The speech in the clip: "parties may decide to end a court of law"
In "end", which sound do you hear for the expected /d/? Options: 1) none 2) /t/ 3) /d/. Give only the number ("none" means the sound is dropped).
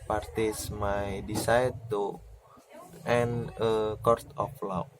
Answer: 1